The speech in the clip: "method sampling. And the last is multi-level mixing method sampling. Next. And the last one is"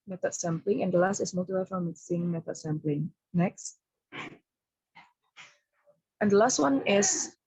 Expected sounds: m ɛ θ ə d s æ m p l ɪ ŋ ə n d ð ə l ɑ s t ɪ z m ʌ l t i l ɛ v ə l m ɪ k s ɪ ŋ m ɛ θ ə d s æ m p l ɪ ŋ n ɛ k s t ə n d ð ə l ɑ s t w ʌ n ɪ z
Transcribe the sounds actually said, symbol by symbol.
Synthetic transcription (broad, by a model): m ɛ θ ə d s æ m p l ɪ ŋ ə n d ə l ɑ s t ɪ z m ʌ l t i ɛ f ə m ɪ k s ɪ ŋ m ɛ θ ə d s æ m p l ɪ ŋ n ɛ k s t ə n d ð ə l ɑ s t w ʌ n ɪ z